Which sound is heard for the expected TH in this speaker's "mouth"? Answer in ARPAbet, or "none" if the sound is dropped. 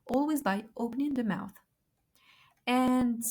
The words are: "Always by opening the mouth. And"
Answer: TH